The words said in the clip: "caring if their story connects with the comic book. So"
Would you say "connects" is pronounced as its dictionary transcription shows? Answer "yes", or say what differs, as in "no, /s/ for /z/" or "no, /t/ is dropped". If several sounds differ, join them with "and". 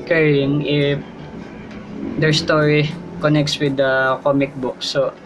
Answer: yes